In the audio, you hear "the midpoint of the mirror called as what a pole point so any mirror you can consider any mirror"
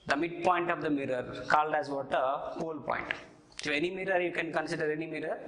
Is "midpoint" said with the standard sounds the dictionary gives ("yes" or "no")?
yes